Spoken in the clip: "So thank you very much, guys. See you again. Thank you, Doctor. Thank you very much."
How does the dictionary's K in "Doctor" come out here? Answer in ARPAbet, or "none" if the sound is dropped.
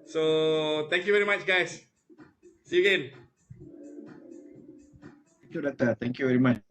none